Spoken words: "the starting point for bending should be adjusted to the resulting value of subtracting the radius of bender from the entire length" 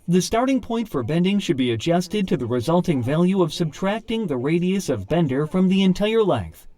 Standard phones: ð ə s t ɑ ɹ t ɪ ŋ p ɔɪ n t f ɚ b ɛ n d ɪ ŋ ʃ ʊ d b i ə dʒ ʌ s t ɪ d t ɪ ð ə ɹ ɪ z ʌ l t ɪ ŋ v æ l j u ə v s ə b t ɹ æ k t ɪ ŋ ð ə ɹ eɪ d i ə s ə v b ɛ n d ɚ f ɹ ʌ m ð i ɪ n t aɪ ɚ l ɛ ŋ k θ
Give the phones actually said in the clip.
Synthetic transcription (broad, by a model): ð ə s t ɑ ɹ t ɪ ŋ p ɔɪ n t f ɚ b ɛ n d ɪ ŋ ʃ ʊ d b i ə dʒ ʌ s t ɪ d t ɪ ð ə ɹ ɪ z ʌ l t ɪ ŋ v æ l j u ə v s ə b t ɹ æ k t ɪ ŋ ð ə ɹ eɪ d i ə s ə v b ɛ n d ɚ f ɹ ʌ m ð i ɪ n t aɪ ɚ l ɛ ŋ k θ